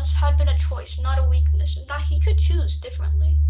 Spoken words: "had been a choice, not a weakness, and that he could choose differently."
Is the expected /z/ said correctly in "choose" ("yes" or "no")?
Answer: yes